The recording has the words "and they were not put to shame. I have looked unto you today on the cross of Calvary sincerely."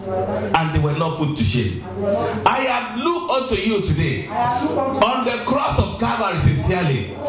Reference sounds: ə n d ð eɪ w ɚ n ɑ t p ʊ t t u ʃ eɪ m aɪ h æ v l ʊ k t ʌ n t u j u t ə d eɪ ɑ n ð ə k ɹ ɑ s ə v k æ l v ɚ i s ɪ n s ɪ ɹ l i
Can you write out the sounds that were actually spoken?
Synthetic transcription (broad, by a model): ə n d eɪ w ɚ n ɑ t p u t t u ʃ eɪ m aɪ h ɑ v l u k ɔ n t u j u t ə d eɪ ɑ n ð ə k ɹ ɑ s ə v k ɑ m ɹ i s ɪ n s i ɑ l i